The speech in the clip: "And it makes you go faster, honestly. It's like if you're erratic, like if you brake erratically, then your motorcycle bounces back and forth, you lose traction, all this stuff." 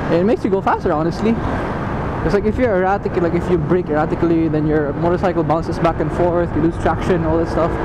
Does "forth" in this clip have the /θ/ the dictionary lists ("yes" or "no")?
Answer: yes